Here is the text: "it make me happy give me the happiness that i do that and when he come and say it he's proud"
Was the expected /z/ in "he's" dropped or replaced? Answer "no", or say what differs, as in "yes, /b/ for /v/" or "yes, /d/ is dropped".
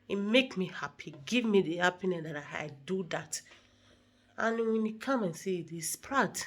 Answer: yes, /s/ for /z/